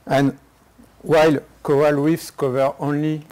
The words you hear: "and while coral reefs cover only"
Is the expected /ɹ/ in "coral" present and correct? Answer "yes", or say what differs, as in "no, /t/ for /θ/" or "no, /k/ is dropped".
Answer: no, /ɹ/ is dropped